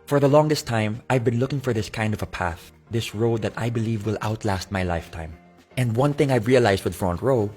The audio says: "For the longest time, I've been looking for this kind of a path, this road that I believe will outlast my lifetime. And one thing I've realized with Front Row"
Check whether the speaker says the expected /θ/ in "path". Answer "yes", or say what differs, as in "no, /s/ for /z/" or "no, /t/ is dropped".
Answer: yes